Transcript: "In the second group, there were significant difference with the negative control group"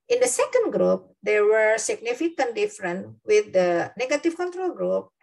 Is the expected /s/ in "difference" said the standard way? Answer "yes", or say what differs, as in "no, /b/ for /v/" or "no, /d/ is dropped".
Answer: no, /s/ is dropped